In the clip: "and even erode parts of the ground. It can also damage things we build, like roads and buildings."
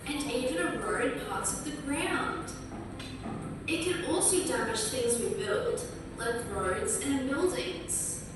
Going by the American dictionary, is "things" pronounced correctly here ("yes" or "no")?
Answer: yes